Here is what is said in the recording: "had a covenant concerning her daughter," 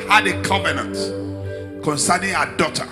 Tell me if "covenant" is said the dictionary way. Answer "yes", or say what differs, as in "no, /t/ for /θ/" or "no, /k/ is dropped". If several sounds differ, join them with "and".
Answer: yes